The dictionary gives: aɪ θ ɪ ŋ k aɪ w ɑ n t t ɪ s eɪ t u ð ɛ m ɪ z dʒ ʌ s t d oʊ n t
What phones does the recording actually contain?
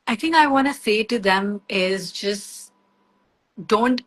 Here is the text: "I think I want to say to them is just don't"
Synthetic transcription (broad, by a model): aɪ t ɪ ŋ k aɪ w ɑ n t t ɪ s eɪ t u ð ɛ m ɪ z dʒ ʌ s t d oʊ n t